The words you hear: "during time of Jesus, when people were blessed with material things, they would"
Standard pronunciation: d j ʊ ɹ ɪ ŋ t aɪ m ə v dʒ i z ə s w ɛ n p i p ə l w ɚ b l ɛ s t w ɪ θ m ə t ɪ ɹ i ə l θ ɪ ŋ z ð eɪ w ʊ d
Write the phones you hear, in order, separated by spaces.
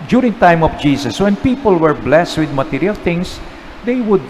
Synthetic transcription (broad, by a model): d j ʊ ɹ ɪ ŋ t aɪ m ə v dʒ i s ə s w ɛ n p i p ə l w ɚ b l ɛ s t w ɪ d m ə t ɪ ɹ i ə l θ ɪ ŋ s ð eɪ w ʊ d